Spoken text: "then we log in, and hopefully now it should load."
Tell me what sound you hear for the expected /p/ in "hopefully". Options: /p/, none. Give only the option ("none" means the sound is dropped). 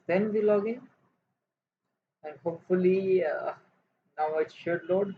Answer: /p/